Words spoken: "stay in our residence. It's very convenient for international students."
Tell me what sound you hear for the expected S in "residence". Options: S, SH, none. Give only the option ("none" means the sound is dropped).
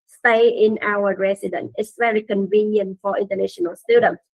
none